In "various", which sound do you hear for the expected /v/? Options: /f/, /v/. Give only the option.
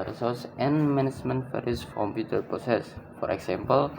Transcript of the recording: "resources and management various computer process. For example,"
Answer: /f/